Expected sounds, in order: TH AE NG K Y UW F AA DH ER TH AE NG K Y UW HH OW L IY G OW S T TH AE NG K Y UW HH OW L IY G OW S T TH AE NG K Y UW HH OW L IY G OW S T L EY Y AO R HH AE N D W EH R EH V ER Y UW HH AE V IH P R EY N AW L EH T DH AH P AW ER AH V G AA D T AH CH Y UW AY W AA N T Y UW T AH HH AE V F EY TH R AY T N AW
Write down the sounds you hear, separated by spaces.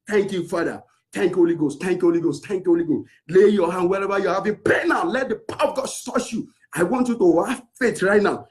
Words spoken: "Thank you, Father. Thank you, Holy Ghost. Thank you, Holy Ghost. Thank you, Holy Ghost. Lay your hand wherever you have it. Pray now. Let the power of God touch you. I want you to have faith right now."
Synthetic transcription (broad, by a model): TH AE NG K Y UW F AA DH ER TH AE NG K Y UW HH OW L IY G OW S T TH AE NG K Y UW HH OW L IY G OW S T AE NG K Y UW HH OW L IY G OW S L EY Y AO HH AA N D W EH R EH V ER Y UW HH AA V IH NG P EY N AW L EH T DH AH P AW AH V G AA D S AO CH Y UW AY W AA N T Y UW T AH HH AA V F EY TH R AY T N AW